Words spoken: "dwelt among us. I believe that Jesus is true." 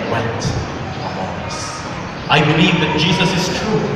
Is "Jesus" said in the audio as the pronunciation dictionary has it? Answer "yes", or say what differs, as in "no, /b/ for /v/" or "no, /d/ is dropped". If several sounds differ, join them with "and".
yes